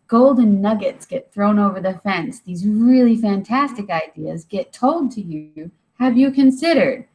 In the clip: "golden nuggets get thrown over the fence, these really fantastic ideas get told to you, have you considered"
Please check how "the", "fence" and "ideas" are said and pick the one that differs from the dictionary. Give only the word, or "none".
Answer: none